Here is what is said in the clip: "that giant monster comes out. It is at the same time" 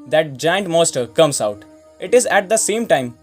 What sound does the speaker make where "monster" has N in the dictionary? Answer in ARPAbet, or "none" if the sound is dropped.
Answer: none